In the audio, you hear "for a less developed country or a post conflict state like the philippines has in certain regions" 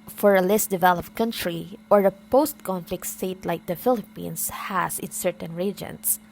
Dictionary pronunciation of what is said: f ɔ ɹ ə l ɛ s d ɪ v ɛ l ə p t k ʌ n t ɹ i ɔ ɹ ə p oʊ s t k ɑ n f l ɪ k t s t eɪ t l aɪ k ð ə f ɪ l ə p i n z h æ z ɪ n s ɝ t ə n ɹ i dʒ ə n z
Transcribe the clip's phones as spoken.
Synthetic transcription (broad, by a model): f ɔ ɹ ə l ɛ s d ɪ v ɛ l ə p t k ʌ n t ɹ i ɔ ɹ ə p oʊ s t k ɑ n f l ɪ k t s t eɪ t l aɪ k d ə f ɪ l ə p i n s h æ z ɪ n s ɝ t ə n ɹ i dʒ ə n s